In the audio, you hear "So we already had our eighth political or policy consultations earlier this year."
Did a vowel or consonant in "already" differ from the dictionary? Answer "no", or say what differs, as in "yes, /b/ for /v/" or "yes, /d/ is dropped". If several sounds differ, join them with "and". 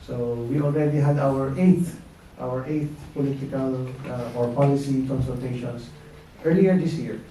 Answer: no